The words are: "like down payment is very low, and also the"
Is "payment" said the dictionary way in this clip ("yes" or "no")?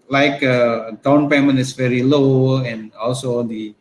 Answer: no